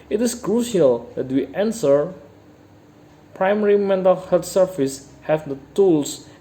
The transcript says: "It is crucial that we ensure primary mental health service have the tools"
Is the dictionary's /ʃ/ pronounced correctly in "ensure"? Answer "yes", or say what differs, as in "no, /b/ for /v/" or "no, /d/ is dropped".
no, /s/ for /ʃ/